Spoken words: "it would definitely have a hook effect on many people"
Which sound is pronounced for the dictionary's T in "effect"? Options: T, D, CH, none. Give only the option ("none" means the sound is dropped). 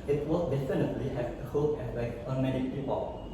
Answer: none